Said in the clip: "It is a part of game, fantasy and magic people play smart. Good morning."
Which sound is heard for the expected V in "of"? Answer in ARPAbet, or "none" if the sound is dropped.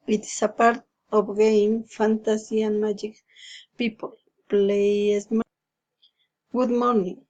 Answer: B